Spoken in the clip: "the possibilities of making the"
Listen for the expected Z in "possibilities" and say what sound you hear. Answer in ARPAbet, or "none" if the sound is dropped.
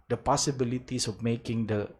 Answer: S